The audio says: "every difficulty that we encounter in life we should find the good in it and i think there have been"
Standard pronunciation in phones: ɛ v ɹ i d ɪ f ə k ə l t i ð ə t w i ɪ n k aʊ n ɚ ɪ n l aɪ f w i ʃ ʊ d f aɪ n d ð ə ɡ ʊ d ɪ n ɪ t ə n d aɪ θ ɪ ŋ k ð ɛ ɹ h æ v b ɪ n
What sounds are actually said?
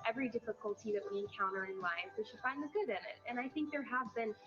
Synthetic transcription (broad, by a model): ɛ v ɹ i d ɪ f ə k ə l t i ð ə t w i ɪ n k aʊ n ɚ ɪ n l aɪ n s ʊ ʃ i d f aɪ n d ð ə ɡ ʊ d ɪ n ɪ t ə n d aɪ θ ɪ ŋ k ð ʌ ɹ h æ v b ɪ n